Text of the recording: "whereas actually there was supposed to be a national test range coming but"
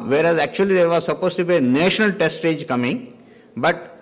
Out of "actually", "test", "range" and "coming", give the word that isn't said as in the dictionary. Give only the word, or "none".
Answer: range